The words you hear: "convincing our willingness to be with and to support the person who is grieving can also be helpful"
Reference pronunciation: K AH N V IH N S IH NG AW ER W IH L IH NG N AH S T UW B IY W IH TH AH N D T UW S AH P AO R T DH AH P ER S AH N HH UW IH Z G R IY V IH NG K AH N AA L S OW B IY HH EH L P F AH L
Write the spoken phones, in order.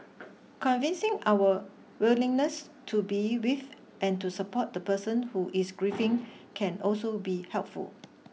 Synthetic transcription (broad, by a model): K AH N V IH N S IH NG AW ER W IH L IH NG N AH S T UW B IY W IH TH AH N T UW S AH P AO T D AH P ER S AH N HH UW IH S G R IY F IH NG K AH N AA L S OW B IY HH EH L P F AH L